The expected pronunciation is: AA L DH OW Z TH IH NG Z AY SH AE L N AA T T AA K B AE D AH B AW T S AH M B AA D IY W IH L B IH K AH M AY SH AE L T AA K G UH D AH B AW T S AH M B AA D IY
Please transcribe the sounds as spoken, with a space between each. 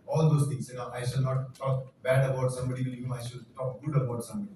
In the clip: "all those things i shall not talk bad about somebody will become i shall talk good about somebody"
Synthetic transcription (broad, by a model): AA L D OW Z T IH NG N AY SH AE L N AA T T AA K B AE D AH B AW T S AH M B AA D IY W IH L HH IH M AY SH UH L T AA K G UH D AH B AW T S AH M B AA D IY